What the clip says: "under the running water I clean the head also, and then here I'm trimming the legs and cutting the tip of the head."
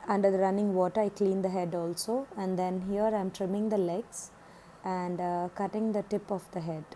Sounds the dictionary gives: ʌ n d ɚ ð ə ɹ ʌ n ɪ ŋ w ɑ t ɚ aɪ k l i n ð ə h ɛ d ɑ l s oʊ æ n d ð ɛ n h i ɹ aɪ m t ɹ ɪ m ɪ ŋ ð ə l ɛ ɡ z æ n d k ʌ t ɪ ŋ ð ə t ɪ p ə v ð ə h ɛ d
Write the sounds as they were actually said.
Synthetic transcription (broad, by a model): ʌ n d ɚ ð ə ɹ ʌ n ɪ ŋ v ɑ t ɚ aɪ k l i n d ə h ɛ d ɑ l s oʊ æ n d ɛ n h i ɹ aɪ m t ɹ ɪ m ɪ ŋ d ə l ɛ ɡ s æ n d k ʌ t ɪ ŋ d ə t ɪ p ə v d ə h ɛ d